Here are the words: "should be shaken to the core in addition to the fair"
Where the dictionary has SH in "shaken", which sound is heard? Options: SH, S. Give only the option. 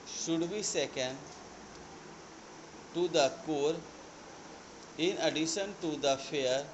S